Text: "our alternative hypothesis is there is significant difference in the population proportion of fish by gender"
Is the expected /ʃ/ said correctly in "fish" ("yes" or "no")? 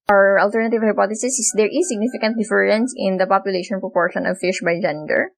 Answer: yes